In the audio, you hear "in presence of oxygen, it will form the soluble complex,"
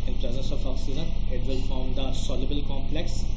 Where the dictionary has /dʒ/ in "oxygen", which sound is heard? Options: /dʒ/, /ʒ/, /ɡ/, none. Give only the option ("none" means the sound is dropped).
none